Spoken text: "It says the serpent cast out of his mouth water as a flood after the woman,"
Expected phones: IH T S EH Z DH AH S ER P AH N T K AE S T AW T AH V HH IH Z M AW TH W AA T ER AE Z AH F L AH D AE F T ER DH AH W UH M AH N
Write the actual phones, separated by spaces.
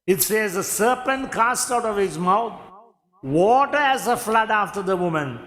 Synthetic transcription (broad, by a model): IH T S EH Z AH S ER P AH N T K AE S T AW T AH V HH IH Z M AW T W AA T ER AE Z AH F L AH D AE F T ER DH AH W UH M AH N